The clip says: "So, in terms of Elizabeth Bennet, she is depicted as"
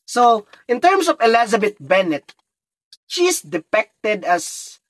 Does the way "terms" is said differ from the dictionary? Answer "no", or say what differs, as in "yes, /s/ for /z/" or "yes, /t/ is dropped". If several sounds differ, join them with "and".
yes, /s/ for /z/